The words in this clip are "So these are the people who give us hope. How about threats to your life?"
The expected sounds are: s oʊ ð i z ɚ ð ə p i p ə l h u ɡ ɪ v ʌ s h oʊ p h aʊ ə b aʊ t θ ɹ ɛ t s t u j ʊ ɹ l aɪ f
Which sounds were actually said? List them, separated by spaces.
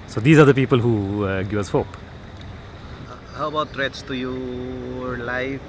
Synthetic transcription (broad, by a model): s oʊ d i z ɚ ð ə p i p ə l h u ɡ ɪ ʌ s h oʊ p h aʊ ə b aʊ t t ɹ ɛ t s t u j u l aɪ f